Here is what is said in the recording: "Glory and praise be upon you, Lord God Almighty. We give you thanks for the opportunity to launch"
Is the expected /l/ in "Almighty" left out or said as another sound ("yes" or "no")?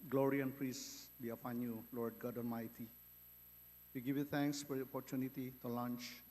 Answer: yes